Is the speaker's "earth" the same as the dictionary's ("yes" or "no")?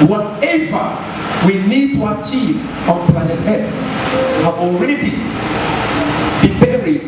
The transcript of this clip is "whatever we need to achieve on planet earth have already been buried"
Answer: no